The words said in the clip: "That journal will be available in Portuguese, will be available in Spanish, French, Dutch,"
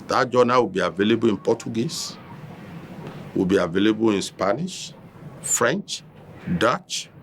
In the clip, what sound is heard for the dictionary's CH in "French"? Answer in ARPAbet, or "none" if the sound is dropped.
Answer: CH